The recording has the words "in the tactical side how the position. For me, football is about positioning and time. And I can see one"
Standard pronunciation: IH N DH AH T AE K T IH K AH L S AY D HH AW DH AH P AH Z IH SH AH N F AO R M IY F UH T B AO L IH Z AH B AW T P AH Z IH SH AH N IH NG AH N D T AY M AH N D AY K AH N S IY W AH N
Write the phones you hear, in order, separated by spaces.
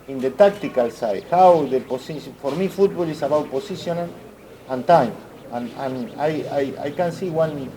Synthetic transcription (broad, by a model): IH N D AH T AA K T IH K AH L S AY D HH AW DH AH P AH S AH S F AO R M IY F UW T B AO L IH S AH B AW T P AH S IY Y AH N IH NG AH N T AY M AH N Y AY K AH N S IY W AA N